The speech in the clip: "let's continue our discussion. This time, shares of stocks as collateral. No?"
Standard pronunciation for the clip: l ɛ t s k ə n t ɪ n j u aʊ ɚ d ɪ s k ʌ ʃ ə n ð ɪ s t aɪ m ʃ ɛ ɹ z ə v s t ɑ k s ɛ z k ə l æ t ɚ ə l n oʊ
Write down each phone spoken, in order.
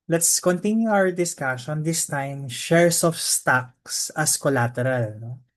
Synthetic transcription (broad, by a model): l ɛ t s k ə n t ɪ n j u aʊ ɚ d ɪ s k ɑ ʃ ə n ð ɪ s t aɪ m ʃ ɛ ɹ s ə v s t ɑ k s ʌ s k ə l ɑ t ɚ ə l n oʊ